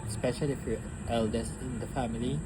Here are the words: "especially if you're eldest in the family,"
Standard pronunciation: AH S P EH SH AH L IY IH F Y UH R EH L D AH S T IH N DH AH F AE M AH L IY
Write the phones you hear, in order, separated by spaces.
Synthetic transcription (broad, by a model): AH S P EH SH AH L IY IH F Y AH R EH L D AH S IH N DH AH F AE M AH L IY